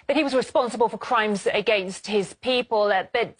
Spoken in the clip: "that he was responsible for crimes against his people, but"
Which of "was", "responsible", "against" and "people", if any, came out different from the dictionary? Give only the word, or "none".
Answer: none